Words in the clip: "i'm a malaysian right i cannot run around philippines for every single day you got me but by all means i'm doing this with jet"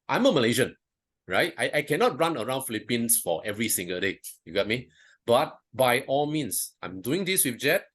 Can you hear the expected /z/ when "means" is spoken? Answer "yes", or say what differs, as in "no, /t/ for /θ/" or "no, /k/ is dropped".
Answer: no, /s/ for /z/